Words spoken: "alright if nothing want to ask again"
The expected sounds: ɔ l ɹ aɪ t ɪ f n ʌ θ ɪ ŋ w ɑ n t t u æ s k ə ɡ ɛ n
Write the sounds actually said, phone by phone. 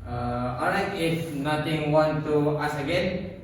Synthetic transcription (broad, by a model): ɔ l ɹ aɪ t ɪ f n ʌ t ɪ ŋ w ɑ n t t u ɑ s ə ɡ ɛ n